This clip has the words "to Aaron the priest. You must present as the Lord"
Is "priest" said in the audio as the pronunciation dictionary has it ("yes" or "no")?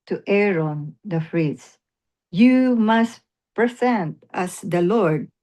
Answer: no